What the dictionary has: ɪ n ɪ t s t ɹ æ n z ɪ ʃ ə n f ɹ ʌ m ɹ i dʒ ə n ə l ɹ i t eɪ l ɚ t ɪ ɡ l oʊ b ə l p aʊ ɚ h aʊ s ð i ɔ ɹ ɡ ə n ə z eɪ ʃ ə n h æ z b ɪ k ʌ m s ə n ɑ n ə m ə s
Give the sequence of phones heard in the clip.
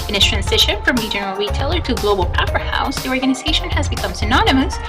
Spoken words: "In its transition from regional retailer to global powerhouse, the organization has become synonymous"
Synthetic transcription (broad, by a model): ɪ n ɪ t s t ɹ æ n z ɪ ʃ ə n f ɹ ʌ m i dʒ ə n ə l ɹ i t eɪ l ɚ t ɪ ɡ l oʊ b l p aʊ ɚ h aʊ s ð i ɔ ɹ ɡ ə n ə z eɪ ʃ ə n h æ z b ɪ k ʌ m s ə n ɑ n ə m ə s